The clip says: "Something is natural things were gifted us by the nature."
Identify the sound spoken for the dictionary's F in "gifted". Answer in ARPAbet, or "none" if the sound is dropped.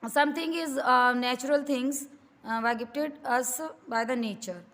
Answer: P